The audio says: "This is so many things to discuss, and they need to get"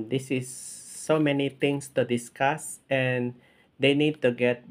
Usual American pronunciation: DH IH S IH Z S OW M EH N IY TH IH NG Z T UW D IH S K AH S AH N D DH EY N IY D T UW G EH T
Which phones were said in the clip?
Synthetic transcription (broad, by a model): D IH S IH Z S OW M EH N IY T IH NG S T UW D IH S K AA S AH N D EY N IY D T UW G EH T